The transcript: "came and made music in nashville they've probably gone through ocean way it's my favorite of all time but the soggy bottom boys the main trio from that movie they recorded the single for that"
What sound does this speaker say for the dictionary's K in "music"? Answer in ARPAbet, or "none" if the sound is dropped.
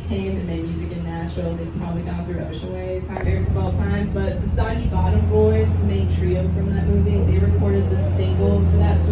K